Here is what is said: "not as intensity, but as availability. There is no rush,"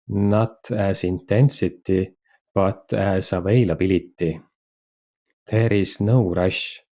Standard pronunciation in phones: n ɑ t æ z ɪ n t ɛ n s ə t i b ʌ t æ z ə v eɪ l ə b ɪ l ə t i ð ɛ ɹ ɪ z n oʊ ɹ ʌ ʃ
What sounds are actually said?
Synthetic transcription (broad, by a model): n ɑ t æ s ɪ n t ɛ n s ə t i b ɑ t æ s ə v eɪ l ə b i l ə t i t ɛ ɹ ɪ s n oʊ ɹ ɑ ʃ